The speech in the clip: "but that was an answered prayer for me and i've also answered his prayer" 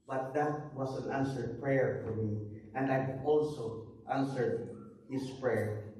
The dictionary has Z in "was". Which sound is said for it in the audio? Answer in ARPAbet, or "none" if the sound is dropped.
S